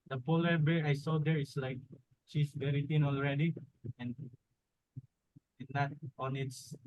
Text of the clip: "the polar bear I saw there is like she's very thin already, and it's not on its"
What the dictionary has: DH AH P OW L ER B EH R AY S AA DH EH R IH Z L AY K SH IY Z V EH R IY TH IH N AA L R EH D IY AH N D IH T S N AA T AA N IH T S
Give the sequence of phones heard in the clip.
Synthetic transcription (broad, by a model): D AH P OW L ER B EH R AY S AA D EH R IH S L AY K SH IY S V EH R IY T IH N AA L R EH D IY AH N D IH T N AA T AA N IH T S